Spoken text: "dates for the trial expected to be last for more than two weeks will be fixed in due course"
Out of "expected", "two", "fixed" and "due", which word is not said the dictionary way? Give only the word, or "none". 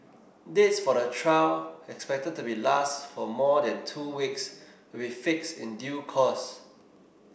none